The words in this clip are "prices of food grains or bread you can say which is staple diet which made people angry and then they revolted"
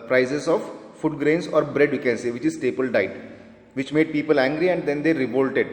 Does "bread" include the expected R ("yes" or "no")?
yes